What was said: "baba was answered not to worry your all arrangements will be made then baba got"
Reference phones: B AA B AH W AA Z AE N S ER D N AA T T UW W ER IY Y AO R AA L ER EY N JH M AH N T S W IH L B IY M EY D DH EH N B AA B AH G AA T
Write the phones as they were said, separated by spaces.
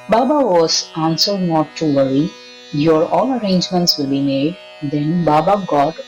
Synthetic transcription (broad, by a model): B AA B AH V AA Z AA N S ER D N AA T T UW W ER IY Y AO R AA L ER EY N JH M AH N T S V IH L B IY M EY D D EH N B AA B AH G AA T